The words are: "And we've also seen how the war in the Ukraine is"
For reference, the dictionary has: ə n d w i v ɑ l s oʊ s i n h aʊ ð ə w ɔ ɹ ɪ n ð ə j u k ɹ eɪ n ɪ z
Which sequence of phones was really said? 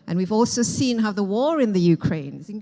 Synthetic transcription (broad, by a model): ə n w i v ɑ l s oʊ s i n h aʊ ð ə w ɔ ɹ ɪ n ð ə j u k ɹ eɪ ɪ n